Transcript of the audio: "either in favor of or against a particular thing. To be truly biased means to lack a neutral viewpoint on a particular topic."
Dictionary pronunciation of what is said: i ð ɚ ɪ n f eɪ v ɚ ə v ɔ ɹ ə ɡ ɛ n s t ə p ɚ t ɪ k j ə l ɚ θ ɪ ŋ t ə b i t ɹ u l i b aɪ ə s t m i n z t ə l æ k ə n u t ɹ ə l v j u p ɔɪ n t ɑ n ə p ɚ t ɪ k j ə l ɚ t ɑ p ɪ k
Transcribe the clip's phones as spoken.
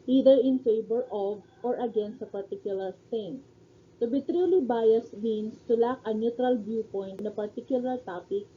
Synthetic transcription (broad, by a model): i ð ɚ ɪ n f eɪ b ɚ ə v ɔ ɹ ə ɡ ɛ n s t ə p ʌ t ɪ k j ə l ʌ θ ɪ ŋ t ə b i t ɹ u l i b aɪ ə s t m i n s t ə l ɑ k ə n u t ɹ ə l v j u p ɔɪ n t n ə p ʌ t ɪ k j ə l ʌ t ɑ p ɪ k